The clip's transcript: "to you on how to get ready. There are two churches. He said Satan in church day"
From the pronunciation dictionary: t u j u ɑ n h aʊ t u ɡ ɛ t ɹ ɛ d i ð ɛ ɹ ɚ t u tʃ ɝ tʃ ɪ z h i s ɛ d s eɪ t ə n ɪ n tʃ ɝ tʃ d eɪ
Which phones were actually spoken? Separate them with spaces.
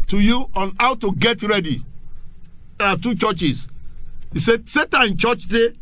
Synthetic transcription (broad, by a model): t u j u ɑ n h aʊ t u ɡ ɛ t ɹ ɛ d i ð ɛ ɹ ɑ t u tʃ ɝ tʃ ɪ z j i s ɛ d s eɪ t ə ɪ n tʃ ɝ tʃ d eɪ